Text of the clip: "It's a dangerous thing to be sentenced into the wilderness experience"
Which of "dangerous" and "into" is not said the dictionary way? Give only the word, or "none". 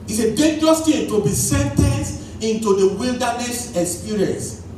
dangerous